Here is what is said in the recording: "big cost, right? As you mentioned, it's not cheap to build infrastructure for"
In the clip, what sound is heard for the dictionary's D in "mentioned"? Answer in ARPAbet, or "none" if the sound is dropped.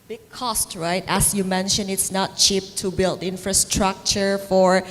none